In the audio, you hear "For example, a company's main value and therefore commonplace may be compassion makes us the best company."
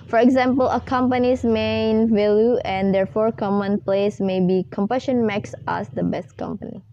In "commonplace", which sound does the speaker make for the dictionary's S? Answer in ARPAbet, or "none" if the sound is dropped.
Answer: S